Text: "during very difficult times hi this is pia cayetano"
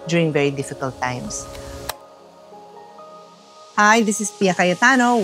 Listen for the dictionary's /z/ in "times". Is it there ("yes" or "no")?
no